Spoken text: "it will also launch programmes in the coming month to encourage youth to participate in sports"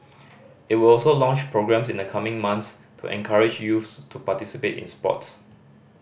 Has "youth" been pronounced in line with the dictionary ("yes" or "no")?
no